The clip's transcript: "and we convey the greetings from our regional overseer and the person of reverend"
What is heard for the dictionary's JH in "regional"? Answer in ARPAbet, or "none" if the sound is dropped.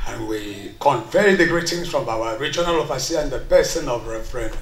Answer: JH